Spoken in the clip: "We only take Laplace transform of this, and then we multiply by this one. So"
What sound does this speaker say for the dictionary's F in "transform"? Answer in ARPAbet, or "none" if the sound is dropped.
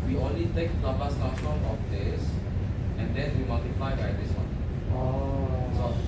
none